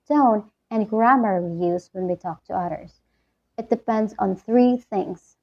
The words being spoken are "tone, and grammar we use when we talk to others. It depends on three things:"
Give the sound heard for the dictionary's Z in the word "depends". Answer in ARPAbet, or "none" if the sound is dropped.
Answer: Z